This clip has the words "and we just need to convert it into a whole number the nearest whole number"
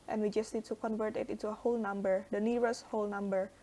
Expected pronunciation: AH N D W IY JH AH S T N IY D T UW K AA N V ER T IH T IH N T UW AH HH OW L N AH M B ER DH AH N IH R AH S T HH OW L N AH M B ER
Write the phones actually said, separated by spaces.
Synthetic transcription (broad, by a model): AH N W IY JH AH S T N IY D T UW K AA N V ER T IH T IH N T UW AH HH OW L N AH M B ER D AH N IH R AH S HH OW L N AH M B ER